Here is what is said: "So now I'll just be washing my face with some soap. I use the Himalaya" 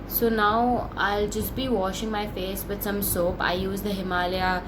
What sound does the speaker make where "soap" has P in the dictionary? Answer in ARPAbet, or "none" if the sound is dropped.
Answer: P